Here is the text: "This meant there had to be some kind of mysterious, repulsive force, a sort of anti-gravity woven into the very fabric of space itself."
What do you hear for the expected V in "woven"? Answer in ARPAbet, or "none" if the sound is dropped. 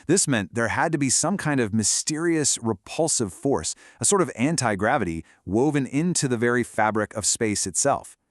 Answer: V